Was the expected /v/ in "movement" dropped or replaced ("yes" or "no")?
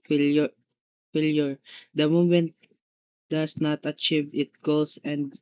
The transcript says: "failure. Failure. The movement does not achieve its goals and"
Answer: yes